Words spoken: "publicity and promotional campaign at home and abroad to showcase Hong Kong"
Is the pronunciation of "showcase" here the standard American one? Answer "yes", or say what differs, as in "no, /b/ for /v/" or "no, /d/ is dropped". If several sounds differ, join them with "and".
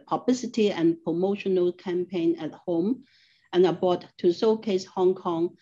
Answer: no, /s/ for /ʃ/